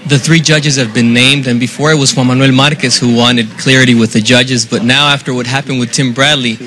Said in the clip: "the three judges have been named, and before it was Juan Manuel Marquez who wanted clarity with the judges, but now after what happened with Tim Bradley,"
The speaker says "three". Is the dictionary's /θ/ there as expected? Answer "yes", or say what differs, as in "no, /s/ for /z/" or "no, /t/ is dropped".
yes